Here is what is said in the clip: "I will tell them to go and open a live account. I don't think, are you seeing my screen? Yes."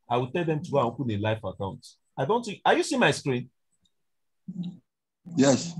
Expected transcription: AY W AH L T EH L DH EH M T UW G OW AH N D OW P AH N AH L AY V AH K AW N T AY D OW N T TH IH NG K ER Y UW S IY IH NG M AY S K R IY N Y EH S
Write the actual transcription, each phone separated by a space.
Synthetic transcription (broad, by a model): AY W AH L T EH L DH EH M T UW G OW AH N OW P AH N AH L AY F AH K AW N T AY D OW N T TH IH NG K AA Y UW S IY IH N M AY S K R IY N Y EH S